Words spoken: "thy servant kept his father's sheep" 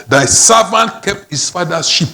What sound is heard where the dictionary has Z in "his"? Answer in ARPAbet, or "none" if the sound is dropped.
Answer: S